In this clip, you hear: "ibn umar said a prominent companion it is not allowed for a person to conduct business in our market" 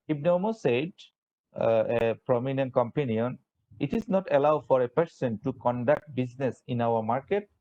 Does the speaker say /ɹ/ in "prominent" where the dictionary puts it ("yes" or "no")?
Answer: yes